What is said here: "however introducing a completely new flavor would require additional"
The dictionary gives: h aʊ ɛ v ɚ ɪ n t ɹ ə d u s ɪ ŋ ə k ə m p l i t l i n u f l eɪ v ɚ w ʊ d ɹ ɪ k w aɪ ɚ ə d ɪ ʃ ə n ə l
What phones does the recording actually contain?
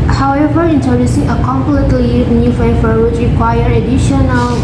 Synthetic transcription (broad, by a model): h aʊ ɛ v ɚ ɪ n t ə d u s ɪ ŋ ə k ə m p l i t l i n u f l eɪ f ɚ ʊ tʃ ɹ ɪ k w aɪ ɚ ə d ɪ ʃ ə n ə l